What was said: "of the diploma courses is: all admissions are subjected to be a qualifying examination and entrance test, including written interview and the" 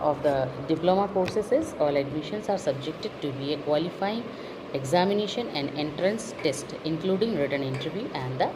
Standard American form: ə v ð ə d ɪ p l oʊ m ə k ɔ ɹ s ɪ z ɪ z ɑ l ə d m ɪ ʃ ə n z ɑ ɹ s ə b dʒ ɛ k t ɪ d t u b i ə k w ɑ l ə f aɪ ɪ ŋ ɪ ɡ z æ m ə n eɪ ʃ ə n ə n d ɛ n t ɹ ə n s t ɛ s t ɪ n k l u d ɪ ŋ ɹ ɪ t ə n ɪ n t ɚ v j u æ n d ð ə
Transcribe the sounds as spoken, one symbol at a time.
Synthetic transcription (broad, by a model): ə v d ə d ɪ p l oʊ m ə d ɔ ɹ s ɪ s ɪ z ɑ l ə d m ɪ ʃ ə n s ɑ ɹ s ə b dʒ ɛ k t ɪ d t u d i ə k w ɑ l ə f aɪ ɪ ŋ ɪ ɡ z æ m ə n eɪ ʃ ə n ə n d ɛ n t ɹ ə n s t ɛ s t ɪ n k l u d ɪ ŋ ɹ ɪ t ə n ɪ n t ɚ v j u æ n d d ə